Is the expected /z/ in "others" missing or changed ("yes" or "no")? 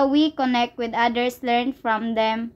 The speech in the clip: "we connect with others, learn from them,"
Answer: yes